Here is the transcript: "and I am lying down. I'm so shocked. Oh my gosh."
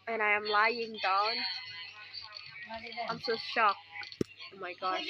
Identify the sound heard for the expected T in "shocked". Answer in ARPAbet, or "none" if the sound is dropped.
none